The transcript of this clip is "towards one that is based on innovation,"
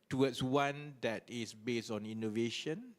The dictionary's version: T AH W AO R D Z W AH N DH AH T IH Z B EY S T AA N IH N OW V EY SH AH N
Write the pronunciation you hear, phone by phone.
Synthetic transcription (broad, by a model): T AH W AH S W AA N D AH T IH S B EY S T AA N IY N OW V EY SH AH N